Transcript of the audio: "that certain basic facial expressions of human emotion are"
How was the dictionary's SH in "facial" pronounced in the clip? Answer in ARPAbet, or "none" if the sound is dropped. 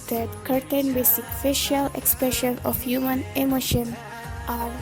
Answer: SH